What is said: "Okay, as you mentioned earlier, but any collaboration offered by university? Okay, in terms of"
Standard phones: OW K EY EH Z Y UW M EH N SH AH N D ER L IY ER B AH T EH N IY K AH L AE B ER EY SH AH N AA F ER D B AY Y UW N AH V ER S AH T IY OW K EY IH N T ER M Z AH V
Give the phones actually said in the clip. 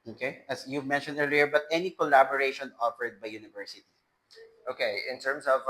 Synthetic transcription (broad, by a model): OW K EY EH S Y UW M EH N SH AH N D ER L IY ER B AH T EH N IY K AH L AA B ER EY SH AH N AA F ER D B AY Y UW N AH V ER S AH T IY OW K EY IH N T ER M S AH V